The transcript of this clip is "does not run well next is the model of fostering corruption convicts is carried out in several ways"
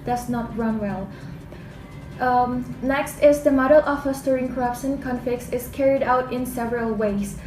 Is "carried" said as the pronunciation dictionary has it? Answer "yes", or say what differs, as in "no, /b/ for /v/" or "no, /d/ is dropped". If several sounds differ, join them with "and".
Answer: yes